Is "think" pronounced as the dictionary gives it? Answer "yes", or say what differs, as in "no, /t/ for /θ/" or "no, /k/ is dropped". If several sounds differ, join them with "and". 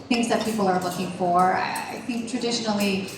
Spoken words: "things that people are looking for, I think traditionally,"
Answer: yes